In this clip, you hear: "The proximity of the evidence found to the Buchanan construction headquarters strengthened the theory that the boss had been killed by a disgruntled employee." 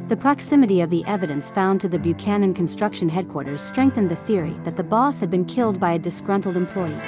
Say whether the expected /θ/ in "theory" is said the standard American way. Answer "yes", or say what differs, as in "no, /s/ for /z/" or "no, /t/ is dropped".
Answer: yes